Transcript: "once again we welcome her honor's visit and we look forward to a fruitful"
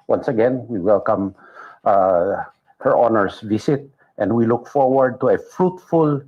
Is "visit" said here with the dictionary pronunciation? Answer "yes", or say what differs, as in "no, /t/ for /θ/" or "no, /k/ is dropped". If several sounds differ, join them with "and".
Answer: no, /s/ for /z/